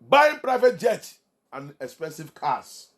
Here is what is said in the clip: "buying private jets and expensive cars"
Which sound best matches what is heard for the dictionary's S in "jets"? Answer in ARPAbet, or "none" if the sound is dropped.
none